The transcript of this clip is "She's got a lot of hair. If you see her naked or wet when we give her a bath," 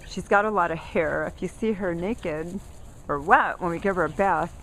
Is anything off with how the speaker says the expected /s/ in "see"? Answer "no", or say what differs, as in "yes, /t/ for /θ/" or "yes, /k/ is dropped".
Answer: no